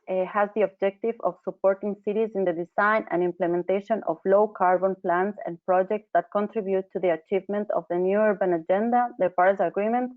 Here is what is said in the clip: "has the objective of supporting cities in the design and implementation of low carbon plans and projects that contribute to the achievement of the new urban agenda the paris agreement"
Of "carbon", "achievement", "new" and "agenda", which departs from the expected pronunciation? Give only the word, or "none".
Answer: none